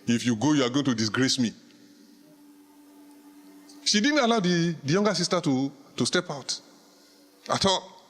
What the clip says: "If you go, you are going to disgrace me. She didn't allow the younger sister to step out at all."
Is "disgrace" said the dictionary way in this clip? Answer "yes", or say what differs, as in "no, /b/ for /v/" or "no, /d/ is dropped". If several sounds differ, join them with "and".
yes